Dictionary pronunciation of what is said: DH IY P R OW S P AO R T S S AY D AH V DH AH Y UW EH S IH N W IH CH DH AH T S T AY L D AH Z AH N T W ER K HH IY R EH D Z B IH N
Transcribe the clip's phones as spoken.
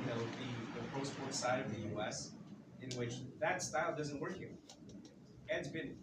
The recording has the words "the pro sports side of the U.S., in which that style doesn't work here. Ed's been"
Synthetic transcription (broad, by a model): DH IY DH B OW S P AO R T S S AY D AH V DH AH Y UW EH S IH N W IH CH DH AH T S T AY L D AH Z AH N T W ER K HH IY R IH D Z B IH N